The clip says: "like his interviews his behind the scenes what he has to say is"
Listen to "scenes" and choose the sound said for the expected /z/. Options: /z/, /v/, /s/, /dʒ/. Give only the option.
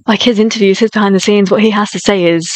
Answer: /z/